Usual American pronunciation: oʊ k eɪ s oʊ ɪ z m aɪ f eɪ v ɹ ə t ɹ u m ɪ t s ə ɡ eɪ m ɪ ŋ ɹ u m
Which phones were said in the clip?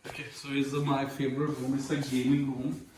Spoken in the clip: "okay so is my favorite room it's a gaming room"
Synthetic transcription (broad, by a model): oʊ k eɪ s oʊ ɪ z m aɪ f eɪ b ɹ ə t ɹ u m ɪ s ə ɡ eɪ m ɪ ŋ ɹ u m